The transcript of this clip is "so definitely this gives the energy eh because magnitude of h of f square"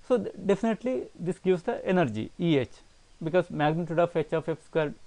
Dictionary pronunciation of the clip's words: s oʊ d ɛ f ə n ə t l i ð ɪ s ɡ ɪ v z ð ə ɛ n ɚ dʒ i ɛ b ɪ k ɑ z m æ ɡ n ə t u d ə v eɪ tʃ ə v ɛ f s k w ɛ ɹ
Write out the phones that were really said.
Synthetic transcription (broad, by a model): s oʊ d ɛ f ə n ə t l i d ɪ s ɡ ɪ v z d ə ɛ n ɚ dʒ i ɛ b ɪ k ɑ z m æ ɡ n ə t u d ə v eɪ tʃ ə f ɛ f s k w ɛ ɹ